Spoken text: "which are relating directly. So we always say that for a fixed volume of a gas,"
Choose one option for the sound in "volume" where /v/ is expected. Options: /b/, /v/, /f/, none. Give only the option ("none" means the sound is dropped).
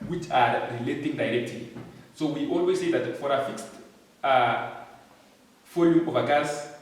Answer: /f/